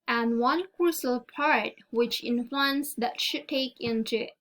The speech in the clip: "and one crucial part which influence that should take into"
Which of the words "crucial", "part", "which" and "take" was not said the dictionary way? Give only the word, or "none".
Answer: crucial